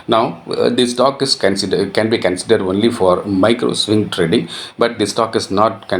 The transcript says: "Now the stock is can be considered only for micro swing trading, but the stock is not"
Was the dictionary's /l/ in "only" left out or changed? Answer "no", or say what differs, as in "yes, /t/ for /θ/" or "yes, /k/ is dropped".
no